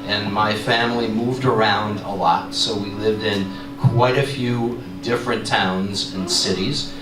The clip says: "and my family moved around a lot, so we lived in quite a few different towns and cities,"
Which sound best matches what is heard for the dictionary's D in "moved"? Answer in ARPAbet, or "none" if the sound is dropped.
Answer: D